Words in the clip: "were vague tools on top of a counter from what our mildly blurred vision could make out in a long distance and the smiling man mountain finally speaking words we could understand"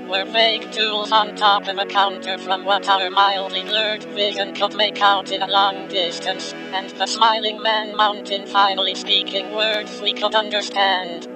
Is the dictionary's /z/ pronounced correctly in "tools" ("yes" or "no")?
yes